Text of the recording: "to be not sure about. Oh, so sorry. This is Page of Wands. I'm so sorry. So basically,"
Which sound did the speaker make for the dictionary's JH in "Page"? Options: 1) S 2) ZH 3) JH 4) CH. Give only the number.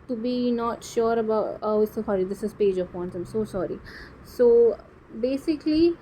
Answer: 3